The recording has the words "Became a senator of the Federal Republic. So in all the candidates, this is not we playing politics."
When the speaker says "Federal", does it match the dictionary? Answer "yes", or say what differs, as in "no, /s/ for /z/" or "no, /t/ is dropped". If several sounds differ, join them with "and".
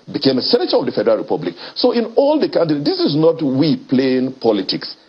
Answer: yes